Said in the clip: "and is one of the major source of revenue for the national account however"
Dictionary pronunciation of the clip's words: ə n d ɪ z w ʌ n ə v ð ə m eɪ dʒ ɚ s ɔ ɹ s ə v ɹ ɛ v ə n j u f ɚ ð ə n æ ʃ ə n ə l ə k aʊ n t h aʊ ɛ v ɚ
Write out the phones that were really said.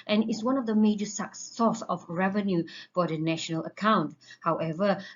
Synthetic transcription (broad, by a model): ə n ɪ s w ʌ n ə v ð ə m eɪ dʒ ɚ s ɔ s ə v ɹ ɛ v ə n j u f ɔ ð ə n æ ʃ ə n ə l ə k aʊ n t h aʊ ɛ v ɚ